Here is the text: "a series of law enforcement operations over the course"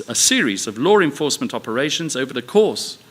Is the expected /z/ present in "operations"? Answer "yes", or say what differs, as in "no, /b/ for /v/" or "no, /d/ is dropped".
yes